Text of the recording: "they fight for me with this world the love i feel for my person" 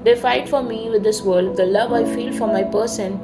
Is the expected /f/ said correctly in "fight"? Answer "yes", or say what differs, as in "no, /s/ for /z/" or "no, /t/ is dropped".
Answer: yes